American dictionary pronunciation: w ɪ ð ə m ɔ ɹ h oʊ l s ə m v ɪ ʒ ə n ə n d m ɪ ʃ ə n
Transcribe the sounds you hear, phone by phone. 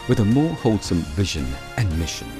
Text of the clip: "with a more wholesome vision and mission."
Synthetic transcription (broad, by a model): w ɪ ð ə m ɔ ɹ h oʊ l s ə m v ɪ ʒ ə n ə n m ɪ ʃ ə n